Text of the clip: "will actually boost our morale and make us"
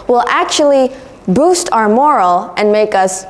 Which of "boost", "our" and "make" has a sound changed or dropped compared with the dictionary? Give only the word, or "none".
none